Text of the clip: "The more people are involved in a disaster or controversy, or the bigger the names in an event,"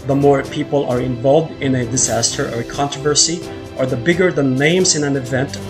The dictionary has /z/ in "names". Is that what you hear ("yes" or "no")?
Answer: no